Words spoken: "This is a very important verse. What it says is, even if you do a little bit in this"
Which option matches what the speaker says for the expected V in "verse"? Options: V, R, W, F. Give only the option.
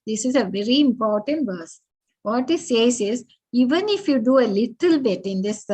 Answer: V